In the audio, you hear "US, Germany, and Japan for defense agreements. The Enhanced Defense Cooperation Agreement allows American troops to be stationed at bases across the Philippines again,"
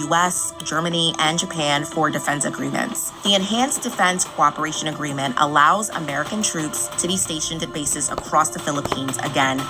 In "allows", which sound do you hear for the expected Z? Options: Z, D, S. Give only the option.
Z